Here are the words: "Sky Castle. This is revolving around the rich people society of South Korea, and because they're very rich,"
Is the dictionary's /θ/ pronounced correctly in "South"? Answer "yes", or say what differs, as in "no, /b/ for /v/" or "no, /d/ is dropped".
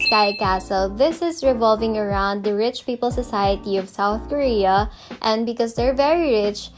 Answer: yes